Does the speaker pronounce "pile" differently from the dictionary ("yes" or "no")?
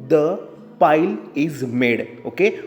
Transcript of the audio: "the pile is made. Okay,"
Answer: no